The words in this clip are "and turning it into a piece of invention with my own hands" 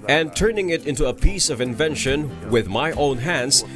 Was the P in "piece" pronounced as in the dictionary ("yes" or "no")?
yes